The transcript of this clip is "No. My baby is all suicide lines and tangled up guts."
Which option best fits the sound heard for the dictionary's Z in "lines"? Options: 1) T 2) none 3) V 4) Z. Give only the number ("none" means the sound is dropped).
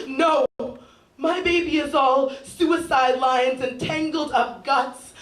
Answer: 4